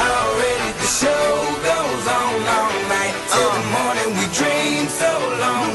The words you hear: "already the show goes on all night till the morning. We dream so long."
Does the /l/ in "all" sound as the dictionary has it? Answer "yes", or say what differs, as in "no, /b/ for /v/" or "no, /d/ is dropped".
no, /n/ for /l/